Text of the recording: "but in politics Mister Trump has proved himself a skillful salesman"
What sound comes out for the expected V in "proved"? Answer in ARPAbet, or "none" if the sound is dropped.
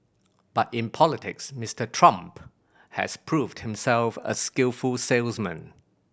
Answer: V